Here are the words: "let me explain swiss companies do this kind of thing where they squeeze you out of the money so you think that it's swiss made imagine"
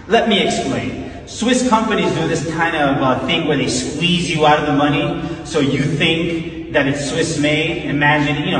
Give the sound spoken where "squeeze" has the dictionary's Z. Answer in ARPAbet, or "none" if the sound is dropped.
Z